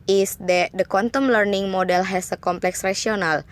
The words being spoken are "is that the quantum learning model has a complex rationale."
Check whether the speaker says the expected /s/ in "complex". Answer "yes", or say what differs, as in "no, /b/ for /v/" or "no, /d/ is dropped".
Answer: yes